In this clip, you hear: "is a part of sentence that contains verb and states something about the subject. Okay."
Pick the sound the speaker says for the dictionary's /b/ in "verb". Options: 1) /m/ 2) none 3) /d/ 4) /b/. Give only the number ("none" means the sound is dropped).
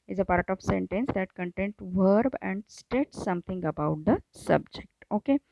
4